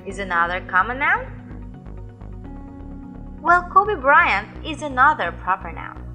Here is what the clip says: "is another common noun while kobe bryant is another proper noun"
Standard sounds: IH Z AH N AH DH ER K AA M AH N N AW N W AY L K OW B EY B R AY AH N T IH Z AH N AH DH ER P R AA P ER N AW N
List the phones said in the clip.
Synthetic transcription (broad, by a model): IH Z AH N AH DH ER K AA M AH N N AW N W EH L K OW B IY B R AY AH N IH Z AH N AH DH ER P R AA P ER N AW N